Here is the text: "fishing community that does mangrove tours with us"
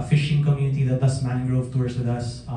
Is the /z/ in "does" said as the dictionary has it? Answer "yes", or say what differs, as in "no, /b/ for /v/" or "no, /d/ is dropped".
no, /s/ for /z/